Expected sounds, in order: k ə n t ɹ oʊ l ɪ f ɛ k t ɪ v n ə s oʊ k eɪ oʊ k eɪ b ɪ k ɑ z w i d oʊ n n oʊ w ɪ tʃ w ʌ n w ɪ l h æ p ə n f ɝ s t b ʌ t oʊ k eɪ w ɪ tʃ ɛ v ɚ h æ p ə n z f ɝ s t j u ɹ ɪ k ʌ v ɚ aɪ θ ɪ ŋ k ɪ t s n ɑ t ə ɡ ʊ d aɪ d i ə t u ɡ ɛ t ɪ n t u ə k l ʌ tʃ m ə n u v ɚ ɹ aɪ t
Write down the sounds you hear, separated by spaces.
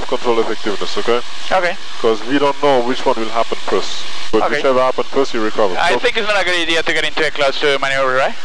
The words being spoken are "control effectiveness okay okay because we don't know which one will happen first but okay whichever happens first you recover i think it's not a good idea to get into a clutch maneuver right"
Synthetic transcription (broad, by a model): k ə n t ɹ oʊ l ɪ f ɛ k t ɪ v n ə s oʊ k eɪ oʊ k eɪ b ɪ k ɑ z w i d oʊ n n oʊ w ɪ tʃ w ʌ n w ɪ l h æ p ə n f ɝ s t b ʌ t oʊ k eɪ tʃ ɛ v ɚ h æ p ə n f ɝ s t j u ɹ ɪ k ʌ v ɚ aɪ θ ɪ ŋ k ɪ t s n ɑ t ə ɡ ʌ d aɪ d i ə t u ɡ ɛ t ɪ n t u ə k l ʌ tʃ m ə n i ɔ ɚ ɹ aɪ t